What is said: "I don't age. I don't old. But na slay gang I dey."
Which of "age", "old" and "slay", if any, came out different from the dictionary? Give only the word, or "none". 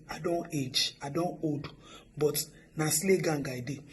old